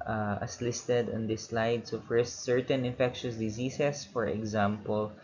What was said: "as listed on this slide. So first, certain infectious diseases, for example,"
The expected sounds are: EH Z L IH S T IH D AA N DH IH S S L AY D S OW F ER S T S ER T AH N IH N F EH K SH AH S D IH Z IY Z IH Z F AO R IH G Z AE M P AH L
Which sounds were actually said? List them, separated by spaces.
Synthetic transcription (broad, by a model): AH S L IH S T IH D AA N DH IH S S L AY D S OW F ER S T S ER T AH N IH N F EH K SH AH S D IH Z IY S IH S F AO R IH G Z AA M P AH L